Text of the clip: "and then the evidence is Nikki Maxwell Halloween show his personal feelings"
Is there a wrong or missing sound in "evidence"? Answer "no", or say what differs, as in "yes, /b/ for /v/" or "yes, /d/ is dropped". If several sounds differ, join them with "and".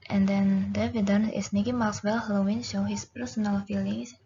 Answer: yes, /s/ is dropped